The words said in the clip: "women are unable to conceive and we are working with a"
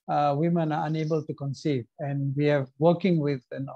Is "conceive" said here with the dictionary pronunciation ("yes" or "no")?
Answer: yes